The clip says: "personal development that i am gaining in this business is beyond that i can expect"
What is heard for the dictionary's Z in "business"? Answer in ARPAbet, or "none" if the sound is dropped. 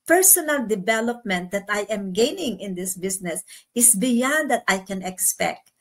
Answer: S